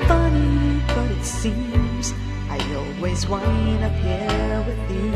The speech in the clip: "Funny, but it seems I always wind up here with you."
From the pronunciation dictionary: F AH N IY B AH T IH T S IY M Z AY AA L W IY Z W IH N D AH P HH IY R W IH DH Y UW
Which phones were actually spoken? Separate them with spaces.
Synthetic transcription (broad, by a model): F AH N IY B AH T IH T S IY M Z AY AA L W IY Z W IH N AH P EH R W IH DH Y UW